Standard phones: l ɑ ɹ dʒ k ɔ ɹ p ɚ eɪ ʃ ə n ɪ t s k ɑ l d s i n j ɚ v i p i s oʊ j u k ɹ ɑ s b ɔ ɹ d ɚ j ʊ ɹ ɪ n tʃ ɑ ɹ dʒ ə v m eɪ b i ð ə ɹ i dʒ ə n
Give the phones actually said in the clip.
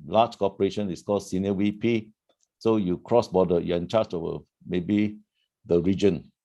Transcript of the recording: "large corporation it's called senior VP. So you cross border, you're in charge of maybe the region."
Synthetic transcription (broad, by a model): l ɑ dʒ k ɔ p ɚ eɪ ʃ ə n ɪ s k ɑ l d s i n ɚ w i p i s oʊ j u k ɹ ɑ s b ɔ d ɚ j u ɪ n tʃ ɑ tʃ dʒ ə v m eɪ b i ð ə ɹ i dʒ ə n